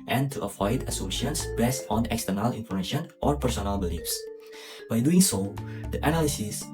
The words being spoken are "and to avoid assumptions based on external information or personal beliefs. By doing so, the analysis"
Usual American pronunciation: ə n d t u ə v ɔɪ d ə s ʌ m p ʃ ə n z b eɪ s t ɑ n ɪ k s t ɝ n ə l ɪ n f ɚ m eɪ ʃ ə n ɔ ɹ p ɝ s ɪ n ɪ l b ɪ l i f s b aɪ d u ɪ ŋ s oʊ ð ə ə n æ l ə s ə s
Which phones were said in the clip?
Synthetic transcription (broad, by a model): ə n t u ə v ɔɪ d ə s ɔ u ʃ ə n s b eɪ s t ɑ n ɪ k s t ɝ n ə l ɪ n f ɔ m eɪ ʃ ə n ɔ ɹ p ɝ s ɪ n ɪ l b ɪ l i f s b aɪ d u ɪ ŋ s oʊ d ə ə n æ l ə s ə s